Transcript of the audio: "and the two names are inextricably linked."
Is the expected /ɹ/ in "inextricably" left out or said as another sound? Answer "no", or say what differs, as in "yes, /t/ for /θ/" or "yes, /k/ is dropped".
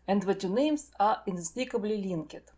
yes, /ɹ/ is dropped